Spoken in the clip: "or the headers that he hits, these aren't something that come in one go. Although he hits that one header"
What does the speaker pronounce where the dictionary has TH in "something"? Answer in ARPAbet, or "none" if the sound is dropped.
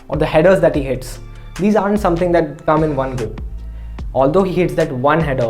T